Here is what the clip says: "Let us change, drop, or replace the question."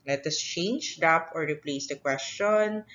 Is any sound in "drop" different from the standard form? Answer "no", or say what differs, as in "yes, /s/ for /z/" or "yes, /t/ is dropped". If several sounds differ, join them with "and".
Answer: yes, /ɹ/ is dropped